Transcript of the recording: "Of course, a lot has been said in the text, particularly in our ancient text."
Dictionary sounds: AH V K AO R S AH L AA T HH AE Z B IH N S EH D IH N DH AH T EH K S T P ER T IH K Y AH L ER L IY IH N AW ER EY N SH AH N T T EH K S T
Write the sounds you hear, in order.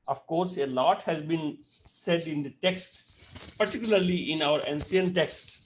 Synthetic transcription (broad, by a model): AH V K AO R S AH L AA T HH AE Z B IH N S EH D IH N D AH T EH K S T P ER T IH K Y AH L ER L IY IH N AW ER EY N S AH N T T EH K S T